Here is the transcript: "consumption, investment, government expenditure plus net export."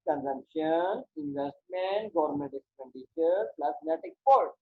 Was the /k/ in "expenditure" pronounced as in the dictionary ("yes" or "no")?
no